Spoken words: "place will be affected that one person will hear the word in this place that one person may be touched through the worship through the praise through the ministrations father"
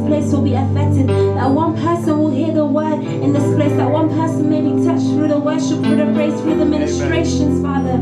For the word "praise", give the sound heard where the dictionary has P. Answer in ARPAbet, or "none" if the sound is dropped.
B